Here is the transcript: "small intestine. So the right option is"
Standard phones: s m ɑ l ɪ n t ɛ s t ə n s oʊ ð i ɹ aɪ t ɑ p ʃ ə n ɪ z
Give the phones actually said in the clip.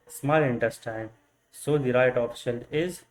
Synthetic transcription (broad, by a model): s m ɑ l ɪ n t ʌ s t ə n s oʊ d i ɹ aɪ t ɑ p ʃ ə l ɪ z